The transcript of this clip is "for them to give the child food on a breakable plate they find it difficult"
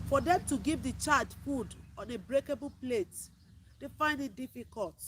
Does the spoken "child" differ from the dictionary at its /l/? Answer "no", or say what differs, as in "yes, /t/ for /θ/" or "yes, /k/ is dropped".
yes, /l/ is dropped